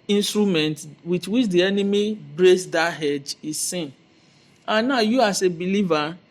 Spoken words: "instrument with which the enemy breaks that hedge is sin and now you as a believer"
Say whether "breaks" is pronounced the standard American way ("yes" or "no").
no